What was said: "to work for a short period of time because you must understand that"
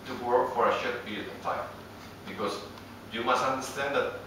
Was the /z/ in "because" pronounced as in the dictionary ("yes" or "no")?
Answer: no